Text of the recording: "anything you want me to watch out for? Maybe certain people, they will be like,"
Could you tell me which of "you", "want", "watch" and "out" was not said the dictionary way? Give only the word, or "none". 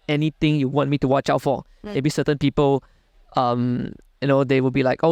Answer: none